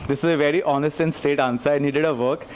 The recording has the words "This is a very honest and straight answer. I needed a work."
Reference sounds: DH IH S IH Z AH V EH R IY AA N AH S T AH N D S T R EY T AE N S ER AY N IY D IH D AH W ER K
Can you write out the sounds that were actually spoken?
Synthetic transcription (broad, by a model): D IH S IH Z AH V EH R IY AA N AH S T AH N S T EY T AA N S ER AY N IY D IH D AH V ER K